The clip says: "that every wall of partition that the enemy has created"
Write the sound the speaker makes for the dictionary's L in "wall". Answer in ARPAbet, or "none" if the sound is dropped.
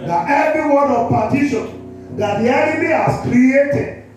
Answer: N